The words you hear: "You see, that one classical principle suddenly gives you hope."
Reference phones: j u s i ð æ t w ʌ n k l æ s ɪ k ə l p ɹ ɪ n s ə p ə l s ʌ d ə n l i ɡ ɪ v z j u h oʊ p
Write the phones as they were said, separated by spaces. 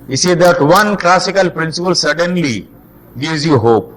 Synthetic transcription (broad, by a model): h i s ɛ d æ t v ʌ n k l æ s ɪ k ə l p ɹ ɪ n s ə p ə l s ʌ d ə n l i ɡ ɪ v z j u h oʊ p